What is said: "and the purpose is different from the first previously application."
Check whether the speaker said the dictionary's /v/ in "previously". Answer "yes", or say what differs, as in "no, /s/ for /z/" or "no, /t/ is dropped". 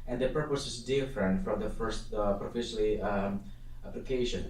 no, /f/ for /v/